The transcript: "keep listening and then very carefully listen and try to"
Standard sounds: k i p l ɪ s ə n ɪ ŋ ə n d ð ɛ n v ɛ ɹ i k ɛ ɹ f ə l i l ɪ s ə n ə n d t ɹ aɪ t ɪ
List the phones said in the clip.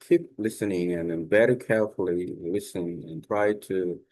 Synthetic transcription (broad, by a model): k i p l ɪ s ə n ɪ ŋ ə n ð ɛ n b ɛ ɹ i k ɛ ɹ f l i l ɪ s ə n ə n t ɹ aɪ t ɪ